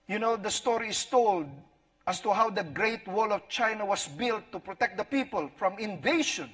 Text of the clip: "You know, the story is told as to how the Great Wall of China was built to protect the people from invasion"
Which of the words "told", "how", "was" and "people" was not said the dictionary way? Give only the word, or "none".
was